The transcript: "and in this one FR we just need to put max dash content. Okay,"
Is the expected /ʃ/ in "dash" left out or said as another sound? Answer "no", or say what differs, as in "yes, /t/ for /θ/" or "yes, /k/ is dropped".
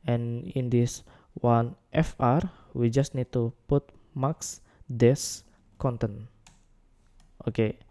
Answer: yes, /s/ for /ʃ/